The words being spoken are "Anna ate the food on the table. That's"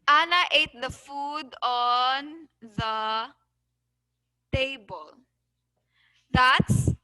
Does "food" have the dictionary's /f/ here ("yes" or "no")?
yes